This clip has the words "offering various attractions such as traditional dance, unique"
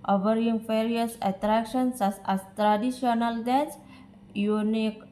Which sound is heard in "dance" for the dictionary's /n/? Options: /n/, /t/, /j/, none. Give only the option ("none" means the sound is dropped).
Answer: none